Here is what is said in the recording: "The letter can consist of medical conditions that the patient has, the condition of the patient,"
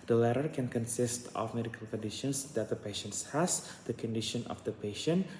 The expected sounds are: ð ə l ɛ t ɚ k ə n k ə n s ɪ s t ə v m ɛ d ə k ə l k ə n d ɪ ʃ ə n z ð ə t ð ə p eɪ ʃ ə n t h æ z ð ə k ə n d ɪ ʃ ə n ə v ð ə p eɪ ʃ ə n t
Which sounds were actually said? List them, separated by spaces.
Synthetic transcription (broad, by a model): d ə l ɛ t ɚ k ə n k ə n s ɪ s t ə f m ɛ d ə k ə l k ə n d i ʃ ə n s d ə t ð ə p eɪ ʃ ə n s h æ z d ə k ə n d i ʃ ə n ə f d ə p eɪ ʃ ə n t